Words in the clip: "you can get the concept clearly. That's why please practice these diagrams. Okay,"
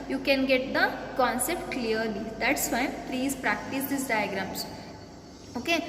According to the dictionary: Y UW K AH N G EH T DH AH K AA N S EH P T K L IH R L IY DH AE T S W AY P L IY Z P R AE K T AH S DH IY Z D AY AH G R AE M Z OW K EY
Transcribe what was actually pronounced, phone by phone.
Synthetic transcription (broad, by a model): Y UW K AH N G EH T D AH K AA N S EH P T K L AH R L IY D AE T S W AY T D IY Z P R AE K T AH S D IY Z D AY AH G R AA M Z OW K EY